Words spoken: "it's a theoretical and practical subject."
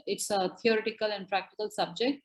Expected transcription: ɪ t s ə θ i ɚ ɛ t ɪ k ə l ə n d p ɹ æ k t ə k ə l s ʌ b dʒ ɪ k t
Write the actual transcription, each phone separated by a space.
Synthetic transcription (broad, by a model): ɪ t s ə t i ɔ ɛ t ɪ k ə l ə n d p ɹ æ k t ə k ə l s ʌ b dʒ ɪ k t